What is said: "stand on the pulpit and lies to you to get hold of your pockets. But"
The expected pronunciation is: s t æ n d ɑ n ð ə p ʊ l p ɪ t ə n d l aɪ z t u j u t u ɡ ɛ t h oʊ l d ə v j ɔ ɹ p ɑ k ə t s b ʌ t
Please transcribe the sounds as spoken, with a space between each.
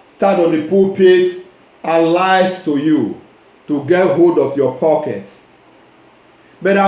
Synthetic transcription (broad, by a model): s t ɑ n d ɑ n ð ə p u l p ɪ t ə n l aɪ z t u j u t u ɡ ɛ t h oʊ d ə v j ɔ p ɑ k ə t s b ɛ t